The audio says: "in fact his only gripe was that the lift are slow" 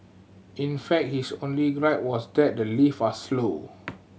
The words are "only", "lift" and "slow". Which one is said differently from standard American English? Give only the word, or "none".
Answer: lift